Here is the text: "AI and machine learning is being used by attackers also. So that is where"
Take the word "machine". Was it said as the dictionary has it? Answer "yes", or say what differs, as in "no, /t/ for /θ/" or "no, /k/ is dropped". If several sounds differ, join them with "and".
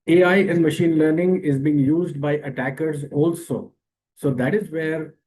yes